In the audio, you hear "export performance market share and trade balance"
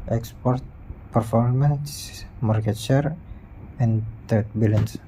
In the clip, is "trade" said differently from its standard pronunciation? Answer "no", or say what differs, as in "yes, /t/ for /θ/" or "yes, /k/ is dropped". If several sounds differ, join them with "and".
yes, /ɹ/ is dropped